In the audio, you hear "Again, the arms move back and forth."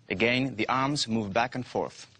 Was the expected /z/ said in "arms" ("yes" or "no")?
yes